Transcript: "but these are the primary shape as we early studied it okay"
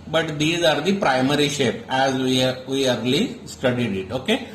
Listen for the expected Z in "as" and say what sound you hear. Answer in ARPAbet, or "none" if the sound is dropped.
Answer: Z